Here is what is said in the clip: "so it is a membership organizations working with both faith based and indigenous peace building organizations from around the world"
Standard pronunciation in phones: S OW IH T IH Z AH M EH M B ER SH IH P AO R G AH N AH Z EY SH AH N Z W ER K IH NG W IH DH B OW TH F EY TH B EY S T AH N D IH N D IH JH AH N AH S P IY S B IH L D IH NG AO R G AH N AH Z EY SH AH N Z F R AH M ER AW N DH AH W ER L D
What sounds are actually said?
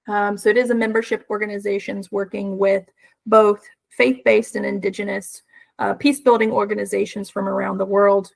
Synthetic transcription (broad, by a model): S OW IH T IH Z AH M EH M B ER SH IH P AO R G AH N AH Z EY SH AH N Z W ER K IH NG W IH DH B OW TH F EY TH B EY S T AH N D IH N D IH JH AH N AH S P IY S B IH L D IH NG AO R G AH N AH Z EY SH N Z F R AH M ER AW N DH AH W ER L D